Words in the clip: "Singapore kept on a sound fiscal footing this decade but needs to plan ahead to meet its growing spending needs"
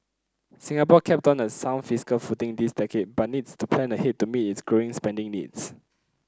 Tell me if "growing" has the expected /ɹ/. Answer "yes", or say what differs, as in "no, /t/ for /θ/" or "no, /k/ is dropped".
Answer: yes